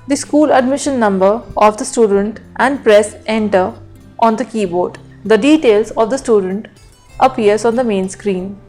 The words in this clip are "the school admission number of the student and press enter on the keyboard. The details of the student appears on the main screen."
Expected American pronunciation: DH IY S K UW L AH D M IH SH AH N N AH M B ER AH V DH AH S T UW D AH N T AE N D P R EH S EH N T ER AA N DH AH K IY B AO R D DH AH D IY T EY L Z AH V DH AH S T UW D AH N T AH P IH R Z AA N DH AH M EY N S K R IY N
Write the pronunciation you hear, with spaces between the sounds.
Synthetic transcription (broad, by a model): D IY S K UW L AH D M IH SH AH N N AH M B ER AH V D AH S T UW D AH N T AE N D P R EH S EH N T ER AA N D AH K IY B AO R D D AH D IY T EY L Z AH V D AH S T UW D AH N T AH P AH R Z AA N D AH M EY N S K R IY N